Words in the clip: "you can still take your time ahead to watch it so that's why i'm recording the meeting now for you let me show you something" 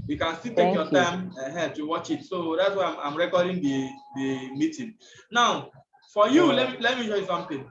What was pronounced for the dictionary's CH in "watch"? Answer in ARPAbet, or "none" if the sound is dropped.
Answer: CH